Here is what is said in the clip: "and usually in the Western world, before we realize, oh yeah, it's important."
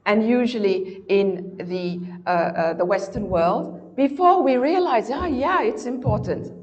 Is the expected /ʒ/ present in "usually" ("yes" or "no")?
yes